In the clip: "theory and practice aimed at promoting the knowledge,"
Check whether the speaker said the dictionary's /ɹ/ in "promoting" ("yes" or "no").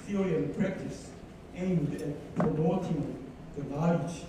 no